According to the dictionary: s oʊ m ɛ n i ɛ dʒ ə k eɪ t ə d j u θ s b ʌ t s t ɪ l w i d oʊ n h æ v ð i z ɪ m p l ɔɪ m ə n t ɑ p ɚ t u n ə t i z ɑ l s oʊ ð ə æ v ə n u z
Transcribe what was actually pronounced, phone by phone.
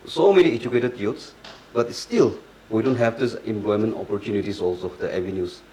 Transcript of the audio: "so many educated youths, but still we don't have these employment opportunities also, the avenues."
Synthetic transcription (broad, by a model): s oʊ m ɛ n i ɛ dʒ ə k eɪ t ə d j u t s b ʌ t s t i l w i d oʊ n h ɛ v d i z ɪ m p l ɔɪ m ə n t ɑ p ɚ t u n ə t i s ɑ l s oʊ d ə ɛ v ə n u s